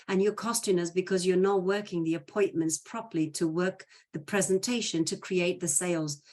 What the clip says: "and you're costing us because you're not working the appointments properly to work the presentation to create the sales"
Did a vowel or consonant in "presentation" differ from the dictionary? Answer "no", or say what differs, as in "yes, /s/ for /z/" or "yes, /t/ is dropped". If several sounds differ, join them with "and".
no